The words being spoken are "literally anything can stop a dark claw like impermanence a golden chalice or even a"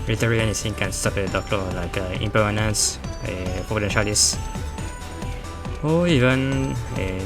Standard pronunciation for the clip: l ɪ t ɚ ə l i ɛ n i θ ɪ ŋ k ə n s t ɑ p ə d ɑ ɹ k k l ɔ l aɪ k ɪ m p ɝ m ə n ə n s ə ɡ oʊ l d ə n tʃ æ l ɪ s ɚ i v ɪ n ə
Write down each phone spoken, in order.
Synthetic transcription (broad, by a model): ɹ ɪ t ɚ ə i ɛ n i s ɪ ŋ k ə n s t ɑ p ə d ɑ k k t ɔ l aɪ k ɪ m p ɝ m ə n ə n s ə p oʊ d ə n ʃ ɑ l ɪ s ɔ i v ɪ n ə